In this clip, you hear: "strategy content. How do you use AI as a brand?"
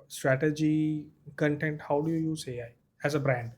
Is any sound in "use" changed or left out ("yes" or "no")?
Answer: no